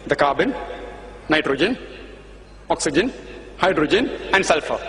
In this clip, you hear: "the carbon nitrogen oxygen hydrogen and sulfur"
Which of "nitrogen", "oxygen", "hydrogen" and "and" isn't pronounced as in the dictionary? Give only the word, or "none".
none